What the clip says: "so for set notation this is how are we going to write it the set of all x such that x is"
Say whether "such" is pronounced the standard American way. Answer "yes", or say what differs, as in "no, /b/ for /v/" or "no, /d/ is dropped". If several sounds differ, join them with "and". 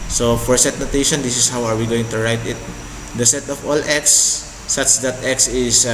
yes